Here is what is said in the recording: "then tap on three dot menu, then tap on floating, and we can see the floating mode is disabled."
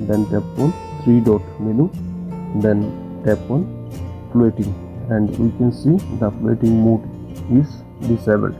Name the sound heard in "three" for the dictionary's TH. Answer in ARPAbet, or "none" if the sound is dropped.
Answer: T